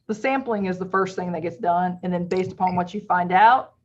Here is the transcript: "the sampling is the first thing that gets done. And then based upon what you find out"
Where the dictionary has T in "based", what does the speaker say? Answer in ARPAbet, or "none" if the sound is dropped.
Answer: T